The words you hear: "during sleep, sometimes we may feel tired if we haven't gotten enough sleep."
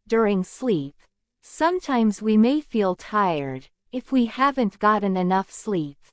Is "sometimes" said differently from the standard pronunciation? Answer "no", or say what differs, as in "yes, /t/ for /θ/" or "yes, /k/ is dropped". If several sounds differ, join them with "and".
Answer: no